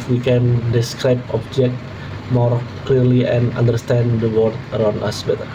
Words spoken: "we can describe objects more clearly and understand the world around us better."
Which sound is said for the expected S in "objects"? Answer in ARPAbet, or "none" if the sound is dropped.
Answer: none